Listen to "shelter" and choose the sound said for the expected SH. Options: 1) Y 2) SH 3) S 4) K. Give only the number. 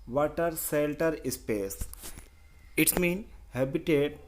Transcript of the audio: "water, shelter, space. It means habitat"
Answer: 3